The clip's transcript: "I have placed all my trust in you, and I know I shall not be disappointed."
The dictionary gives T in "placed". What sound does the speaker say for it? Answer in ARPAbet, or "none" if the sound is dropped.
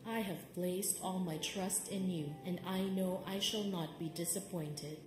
T